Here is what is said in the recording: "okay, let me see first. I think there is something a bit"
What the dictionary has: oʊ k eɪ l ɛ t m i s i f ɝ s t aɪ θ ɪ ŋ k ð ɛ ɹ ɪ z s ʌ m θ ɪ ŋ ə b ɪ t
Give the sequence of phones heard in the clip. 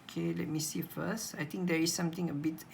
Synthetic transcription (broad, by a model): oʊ k eɪ l ɛ t m i s i f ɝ s t aɪ t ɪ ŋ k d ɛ ɹ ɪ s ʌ m t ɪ ŋ ə b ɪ t